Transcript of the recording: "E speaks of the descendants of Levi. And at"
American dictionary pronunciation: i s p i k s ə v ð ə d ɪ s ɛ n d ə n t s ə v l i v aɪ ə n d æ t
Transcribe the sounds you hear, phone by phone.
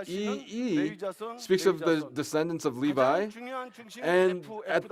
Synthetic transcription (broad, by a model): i s p i k s ə v ð ə d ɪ s ɛ n d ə n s ə v l i v aɪ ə n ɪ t